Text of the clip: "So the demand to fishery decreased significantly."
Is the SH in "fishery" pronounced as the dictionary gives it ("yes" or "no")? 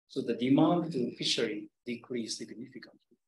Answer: yes